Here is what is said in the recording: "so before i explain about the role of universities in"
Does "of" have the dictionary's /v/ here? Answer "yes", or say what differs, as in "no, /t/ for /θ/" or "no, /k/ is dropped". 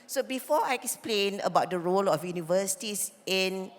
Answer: no, /f/ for /v/